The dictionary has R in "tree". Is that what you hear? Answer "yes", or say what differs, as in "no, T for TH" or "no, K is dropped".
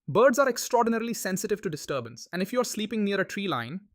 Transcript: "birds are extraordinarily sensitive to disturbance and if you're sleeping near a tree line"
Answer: yes